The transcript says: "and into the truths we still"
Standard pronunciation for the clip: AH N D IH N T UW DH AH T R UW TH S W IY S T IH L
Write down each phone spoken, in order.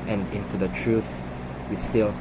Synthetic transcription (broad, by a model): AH N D IH N T UW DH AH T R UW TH W IY S T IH L